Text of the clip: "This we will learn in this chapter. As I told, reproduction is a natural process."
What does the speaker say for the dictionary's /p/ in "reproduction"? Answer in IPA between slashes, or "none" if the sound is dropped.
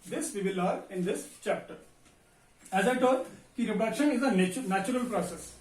none